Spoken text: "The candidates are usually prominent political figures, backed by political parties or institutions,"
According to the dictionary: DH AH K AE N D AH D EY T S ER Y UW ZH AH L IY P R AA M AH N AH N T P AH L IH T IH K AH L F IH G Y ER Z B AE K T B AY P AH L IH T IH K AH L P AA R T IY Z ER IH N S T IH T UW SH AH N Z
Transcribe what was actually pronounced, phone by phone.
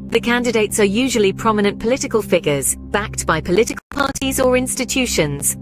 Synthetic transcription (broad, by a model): DH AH K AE N D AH D EY T S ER Y UW ZH AH L IY P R AA M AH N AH N P AH L IH T IH K AH L F IH G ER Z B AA K T B AY P AH L IH T IH K AH L P AA T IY Z ER IH N S T IH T UW SH AH N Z